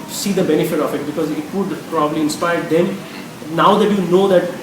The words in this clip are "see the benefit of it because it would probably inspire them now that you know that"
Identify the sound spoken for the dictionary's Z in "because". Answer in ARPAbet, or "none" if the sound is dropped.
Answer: Z